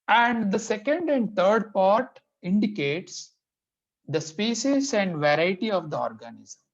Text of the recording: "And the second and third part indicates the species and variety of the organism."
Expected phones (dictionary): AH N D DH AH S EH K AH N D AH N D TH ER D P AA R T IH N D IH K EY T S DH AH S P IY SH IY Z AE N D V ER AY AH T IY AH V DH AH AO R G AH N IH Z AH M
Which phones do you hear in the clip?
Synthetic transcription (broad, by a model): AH N D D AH S EH K AH N D AH N D T ER D P AA R T IH N D IH K EY T S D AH S P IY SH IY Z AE N D V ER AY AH T IY AH V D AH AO R G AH N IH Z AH M